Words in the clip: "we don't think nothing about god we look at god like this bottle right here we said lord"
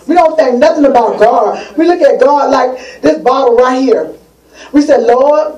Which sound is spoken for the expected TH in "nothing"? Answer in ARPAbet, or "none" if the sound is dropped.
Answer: TH